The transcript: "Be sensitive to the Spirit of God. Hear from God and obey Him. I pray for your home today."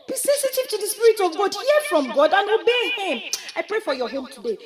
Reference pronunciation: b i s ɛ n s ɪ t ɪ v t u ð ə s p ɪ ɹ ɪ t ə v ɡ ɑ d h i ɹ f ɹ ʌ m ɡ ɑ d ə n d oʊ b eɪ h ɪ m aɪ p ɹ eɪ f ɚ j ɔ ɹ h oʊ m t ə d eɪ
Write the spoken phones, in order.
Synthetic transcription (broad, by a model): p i s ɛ s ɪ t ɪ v t u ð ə s p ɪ ɹ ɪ t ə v ɡ ɑ d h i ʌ f ɹ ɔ m ɡ ɑ d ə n oʊ b eɪ h ɪ m aɪ p ɹ eɪ f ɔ j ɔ h oʊ m t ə d eɪ